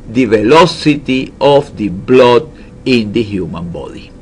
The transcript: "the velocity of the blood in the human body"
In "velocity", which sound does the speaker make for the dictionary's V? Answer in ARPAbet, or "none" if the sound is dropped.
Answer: V